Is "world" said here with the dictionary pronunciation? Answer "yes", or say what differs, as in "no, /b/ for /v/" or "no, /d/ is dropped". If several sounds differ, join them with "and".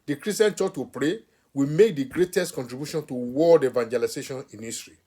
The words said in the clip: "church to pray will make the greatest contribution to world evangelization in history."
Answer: no, /l/ is dropped